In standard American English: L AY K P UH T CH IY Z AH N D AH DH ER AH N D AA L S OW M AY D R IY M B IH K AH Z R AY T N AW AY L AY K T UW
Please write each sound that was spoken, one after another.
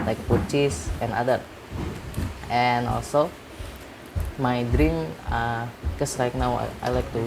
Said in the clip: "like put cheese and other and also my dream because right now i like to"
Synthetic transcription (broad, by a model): L AY K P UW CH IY S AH N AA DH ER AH N AA L S OW M AY D R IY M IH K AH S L AY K N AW AY L AY K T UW